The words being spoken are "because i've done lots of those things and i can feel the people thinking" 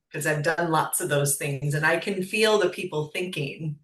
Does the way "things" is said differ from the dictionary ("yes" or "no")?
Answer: no